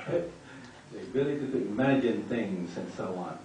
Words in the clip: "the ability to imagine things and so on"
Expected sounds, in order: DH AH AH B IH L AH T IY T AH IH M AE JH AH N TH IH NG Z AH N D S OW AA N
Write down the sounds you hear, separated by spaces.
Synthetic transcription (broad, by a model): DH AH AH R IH L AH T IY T IH M AE JH AH N TH IH NG Z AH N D S OW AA N